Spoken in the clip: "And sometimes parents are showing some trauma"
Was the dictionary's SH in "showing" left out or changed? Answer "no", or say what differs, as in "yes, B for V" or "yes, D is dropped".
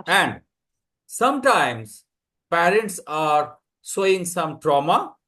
yes, S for SH